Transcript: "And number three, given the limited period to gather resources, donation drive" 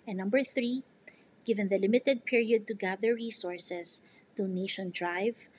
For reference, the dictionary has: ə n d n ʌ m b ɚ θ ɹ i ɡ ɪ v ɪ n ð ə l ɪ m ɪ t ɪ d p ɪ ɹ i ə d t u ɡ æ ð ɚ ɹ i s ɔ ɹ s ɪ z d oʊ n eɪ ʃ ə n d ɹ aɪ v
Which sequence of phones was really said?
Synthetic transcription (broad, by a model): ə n n ʌ m b ɚ θ ɹ i ɡ ɪ v ɪ n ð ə l ɪ m ɪ t ɪ d p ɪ ɹ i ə d t u ɡ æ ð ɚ ɹ i s ɔ ɹ s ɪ s d oʊ n eɪ ʃ ə n d ɹ aɪ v